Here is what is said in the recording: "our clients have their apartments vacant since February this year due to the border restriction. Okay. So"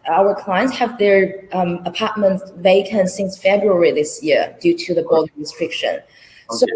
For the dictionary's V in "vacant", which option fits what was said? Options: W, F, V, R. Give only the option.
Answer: V